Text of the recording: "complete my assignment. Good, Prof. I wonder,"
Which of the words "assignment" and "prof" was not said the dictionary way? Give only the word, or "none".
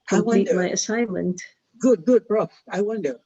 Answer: prof